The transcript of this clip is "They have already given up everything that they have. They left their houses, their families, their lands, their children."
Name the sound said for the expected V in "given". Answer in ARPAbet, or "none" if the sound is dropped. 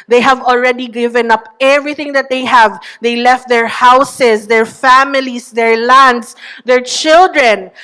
V